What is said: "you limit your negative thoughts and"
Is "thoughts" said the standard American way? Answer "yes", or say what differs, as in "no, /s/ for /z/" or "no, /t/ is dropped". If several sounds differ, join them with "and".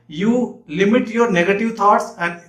no, /t/ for /θ/